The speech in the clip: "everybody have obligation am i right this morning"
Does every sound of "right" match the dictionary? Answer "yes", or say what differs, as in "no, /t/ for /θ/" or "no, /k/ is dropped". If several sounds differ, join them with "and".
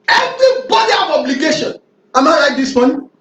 no, /l/ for /ɹ/